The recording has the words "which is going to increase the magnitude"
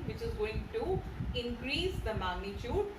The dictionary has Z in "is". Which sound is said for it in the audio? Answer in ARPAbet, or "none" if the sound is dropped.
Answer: Z